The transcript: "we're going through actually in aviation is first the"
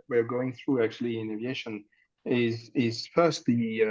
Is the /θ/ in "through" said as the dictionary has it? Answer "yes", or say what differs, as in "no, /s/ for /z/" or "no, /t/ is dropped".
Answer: yes